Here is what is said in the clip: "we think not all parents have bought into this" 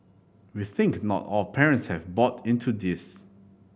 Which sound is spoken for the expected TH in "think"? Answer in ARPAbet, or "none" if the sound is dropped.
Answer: TH